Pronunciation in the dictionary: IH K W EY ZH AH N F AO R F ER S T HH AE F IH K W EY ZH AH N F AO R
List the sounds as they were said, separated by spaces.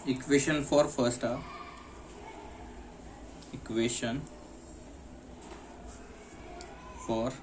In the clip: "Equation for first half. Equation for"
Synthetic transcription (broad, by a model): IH K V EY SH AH N F AO R F ER S T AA IH K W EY SH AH N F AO R